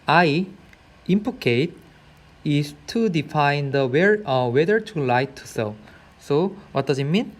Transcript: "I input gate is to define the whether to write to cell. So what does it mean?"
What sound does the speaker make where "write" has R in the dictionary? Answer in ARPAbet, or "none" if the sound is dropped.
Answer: L